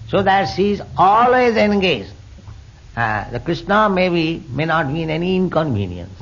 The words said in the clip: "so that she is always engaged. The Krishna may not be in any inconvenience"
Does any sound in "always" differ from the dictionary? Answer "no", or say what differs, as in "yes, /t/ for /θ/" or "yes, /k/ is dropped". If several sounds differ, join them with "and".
no